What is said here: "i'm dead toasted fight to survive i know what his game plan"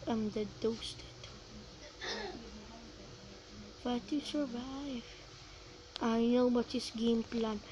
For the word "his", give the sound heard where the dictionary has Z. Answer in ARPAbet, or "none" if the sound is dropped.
S